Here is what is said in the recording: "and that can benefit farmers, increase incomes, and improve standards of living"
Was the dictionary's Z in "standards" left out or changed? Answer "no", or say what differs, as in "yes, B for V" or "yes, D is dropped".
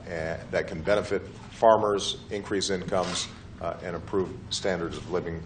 no